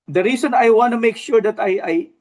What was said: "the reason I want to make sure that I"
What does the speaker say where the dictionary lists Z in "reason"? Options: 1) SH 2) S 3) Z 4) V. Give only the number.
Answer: 2